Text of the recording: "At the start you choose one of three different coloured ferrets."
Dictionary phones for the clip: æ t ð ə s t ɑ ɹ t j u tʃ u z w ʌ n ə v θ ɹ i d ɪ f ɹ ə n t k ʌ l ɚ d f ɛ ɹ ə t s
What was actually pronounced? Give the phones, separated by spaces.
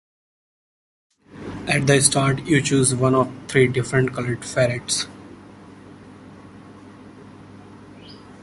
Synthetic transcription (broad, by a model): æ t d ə s t ɑ ɹ t j u tʃ u z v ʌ n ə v t ɹ i d ɪ f ɹ ə n t k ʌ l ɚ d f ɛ ɹ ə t s